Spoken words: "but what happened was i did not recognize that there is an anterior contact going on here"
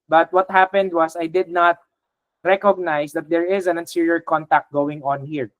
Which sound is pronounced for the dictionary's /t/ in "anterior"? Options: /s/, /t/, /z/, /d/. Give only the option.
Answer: /s/